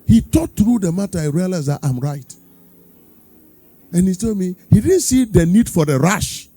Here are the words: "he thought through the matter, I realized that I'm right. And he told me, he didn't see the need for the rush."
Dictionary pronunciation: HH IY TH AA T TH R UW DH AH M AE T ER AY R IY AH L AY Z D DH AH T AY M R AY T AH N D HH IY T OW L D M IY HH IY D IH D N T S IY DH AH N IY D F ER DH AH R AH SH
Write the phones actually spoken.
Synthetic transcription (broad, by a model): HH IY T AA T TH R UW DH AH M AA T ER AY R IY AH L AY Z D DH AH T AY M R AY T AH N HH IY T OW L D M IY HH IY D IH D N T S IY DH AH N IY D F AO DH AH R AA SH